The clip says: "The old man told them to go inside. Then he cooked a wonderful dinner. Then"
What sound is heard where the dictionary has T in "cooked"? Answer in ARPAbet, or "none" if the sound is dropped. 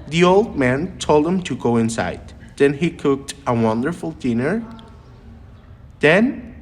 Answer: T